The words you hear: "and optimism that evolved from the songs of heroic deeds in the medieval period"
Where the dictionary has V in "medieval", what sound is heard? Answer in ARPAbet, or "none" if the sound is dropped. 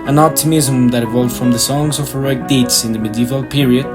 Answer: V